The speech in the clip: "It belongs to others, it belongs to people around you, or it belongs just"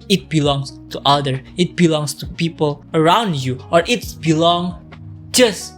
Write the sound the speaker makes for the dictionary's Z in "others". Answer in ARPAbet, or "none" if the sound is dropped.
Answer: none